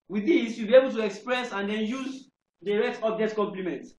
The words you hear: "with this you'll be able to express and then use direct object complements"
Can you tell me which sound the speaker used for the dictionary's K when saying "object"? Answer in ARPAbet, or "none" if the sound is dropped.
none